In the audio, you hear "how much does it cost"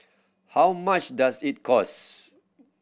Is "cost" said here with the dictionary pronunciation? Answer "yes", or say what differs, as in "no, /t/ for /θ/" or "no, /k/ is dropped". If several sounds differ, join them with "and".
no, /t/ is dropped